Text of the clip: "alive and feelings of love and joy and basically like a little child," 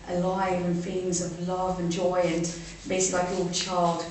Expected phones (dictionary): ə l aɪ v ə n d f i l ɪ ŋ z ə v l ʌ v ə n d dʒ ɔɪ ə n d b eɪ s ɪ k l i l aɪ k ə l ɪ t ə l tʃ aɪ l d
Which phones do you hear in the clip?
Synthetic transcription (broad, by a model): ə l aɪ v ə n f i l ɪ ŋ z ə v l ʌ v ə n dʒ ɔɪ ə n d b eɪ ɪ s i l aɪ k ə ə l tʃ aɪ l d